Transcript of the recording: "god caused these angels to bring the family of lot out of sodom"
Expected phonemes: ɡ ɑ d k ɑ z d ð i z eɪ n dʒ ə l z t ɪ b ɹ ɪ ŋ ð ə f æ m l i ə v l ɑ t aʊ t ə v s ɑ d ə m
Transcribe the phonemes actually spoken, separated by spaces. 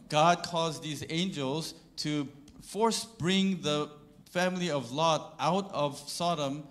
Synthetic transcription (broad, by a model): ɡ ɑ d k ɑ z ð i z eɪ n dʒ ə l z t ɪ b ɹ ɪ ŋ ð ə f æ m l i ə v l ɑ t aʊ t ə v s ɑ d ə m